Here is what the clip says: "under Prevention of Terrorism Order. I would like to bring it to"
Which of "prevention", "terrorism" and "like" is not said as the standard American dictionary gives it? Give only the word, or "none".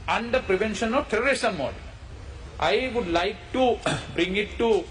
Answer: terrorism